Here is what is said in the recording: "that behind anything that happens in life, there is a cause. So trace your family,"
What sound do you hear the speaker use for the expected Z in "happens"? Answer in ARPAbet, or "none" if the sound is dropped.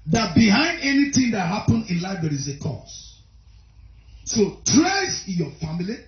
none